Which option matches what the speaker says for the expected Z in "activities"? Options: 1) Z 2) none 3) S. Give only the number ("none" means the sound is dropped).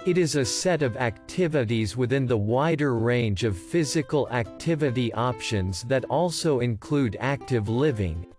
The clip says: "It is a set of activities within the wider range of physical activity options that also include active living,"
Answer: 1